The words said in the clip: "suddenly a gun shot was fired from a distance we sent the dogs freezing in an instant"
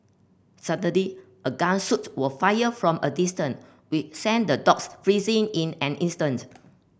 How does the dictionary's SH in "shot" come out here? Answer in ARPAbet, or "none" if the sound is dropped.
S